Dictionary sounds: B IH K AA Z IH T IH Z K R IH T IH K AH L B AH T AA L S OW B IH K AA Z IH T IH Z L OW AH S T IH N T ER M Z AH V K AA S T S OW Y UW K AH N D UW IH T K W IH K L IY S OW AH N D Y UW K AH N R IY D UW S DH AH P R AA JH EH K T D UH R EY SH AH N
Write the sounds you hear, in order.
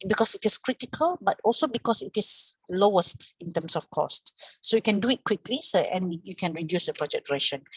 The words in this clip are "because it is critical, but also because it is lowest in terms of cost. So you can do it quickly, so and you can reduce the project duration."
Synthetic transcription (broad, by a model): B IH K AA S IH T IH S K R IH T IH K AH L B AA T AA L S OW B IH K AA S IH T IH S L OW AH S T IH N T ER M S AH F K AA S T S OW Y UW K AH N D UW IH T K W IH K L IY S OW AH N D Y UW K AH N R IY D UW S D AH P R AA JH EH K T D R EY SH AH N